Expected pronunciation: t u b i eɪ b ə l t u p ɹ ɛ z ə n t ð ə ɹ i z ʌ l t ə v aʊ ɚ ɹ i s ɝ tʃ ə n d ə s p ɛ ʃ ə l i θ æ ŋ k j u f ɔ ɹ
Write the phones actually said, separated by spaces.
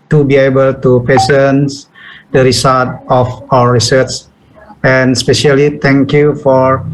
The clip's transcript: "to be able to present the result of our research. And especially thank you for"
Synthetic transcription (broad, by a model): t u b i eɪ b ə l t u p ɹ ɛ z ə n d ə ɹ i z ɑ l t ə f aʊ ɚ ɹ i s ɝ s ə n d s p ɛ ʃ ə l i t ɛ ŋ k j u f ɔ ɹ